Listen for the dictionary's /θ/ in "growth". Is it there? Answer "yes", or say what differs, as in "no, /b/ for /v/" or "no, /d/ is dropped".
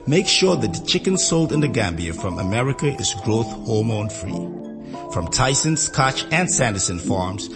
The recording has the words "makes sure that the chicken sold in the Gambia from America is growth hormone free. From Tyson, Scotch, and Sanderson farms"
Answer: yes